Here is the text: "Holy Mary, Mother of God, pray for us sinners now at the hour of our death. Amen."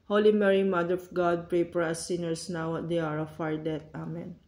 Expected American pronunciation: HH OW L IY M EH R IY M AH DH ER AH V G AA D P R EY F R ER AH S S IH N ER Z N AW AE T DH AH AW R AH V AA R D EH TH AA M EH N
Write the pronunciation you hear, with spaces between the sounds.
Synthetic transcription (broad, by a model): HH OW L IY M EH R IY M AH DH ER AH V G AA D P R EY P R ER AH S S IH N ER S N AW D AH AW R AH F AA R D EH T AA M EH N